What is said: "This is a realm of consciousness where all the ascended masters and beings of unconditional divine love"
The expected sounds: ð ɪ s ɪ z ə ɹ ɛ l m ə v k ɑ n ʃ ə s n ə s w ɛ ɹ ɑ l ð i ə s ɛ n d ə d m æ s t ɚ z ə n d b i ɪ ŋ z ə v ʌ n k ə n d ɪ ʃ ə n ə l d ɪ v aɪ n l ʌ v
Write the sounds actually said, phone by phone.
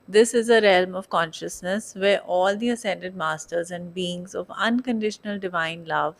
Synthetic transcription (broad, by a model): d ɪ s ɪ z ə ɹ ɛ l m ə v k ɑ n ʃ ə s n ə s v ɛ ɹ ɑ l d i ə s ɛ n d ə d m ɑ s t ɚ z ə n d b i ɪ ŋ z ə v ʌ n k ə n d ɪ ʃ ə n ə l d ɪ v aɪ n l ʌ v